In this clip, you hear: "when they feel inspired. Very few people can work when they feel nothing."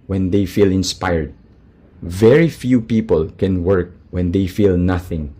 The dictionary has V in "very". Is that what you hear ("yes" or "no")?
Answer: yes